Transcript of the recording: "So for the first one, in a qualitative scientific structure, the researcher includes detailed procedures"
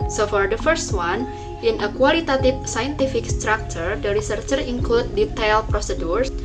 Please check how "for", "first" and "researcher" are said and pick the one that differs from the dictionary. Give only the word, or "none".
none